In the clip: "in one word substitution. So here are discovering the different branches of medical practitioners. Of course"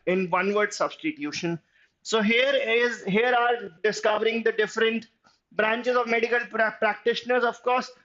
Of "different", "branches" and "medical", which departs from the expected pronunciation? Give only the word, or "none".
none